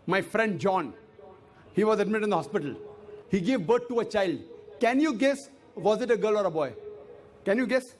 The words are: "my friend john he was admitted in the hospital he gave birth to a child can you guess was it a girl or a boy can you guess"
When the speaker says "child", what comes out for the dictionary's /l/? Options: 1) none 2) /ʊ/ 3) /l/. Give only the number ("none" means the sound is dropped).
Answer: 3